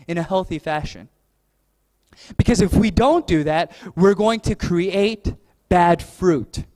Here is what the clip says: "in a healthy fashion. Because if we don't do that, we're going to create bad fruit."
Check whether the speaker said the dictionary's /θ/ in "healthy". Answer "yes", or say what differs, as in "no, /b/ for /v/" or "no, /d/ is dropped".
yes